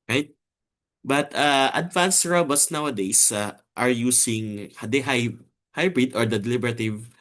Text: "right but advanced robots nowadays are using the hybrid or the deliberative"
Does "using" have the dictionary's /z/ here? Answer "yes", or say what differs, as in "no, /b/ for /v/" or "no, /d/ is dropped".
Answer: no, /s/ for /z/